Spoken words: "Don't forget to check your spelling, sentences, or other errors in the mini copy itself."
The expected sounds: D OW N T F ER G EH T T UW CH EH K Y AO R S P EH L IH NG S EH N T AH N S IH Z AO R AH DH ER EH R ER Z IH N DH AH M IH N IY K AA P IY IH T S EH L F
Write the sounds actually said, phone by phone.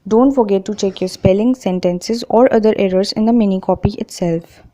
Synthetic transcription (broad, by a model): D OW N T F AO G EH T T UW CH EH K Y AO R S P EH L IH NG S EH N T AH N S IH Z AO R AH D ER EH R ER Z IH N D AH M IH N IY K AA P IY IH T S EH L F